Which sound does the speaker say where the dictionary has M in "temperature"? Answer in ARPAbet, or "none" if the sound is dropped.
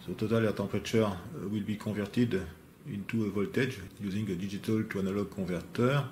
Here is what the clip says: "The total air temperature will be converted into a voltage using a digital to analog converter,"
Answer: none